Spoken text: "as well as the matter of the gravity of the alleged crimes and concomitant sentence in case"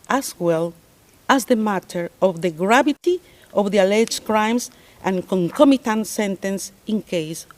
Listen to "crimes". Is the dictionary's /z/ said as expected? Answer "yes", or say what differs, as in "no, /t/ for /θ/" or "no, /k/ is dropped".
no, /s/ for /z/